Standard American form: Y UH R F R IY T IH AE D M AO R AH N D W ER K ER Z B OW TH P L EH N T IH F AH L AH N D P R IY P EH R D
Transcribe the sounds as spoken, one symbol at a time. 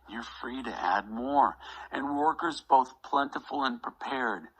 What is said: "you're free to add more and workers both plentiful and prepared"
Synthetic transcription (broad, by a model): Y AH R F R IY T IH AE D M AO R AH N W ER K ER Z B OW TH P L EH N T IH F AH L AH N P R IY P EH R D